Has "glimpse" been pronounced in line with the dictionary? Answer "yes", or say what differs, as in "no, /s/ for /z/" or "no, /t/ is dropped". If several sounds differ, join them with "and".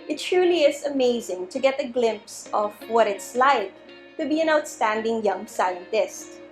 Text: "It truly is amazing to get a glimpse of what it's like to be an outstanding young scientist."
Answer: yes